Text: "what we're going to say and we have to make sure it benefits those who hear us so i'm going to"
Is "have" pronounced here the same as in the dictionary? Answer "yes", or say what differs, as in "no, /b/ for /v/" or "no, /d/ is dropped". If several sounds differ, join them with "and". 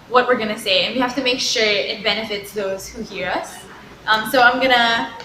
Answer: no, /f/ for /v/